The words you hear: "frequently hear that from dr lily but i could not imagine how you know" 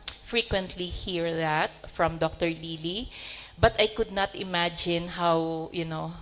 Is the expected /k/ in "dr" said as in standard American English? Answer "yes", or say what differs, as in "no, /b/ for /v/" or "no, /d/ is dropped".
yes